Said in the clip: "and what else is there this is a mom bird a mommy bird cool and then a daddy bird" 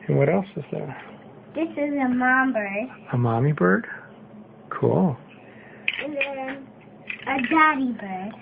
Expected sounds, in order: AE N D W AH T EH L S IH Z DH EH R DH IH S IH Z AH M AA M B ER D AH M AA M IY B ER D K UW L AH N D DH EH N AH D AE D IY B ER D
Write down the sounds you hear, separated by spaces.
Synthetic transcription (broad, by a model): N W AH T EH L S IH Z DH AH R DH IH S IH Z AH M AA M B ER D AH M AA M IY B ER D K UW L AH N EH AH D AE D IY B ER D